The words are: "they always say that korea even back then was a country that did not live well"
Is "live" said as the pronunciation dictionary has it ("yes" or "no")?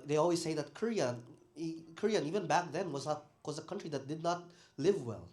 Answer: yes